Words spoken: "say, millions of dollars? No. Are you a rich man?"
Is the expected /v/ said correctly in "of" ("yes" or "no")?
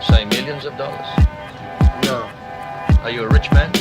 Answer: yes